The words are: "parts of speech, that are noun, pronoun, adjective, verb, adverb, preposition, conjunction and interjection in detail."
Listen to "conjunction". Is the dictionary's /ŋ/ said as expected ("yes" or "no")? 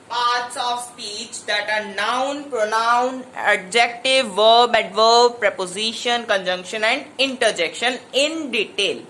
yes